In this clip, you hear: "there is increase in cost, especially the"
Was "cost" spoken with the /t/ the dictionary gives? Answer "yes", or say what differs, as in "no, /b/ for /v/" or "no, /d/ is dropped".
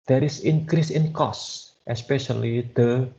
yes